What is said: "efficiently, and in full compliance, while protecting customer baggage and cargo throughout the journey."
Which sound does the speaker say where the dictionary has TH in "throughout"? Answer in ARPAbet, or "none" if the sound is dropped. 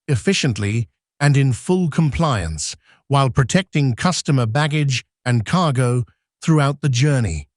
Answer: TH